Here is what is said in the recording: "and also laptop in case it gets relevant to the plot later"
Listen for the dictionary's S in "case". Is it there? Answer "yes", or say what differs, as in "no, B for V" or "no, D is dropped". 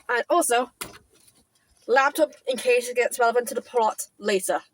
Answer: no, S is dropped